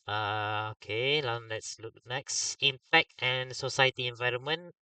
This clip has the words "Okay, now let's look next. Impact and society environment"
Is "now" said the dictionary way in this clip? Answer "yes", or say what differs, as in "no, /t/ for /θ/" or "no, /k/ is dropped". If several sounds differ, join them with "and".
no, /l/ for /n/